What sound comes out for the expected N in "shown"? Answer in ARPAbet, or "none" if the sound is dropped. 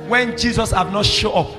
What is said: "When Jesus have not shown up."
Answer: none